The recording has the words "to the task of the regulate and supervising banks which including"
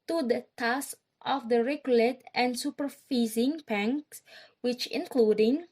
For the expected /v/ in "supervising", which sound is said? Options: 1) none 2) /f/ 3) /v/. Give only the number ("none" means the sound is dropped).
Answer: 2